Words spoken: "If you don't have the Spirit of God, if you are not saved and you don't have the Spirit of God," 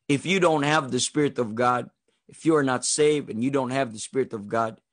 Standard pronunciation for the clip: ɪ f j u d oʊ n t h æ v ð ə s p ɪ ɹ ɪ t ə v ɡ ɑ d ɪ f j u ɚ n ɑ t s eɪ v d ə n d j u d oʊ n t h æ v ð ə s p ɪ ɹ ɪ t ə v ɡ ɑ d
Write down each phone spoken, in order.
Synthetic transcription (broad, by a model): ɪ f j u d oʊ n t h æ v ð ə s p ɪ ɹ ɪ t ə v ɡ ɑ d ɪ f j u ɚ n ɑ t s eɪ v d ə n j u d oʊ n t h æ v ð ə s p ɪ ɹ ɪ t ə v ɡ ɑ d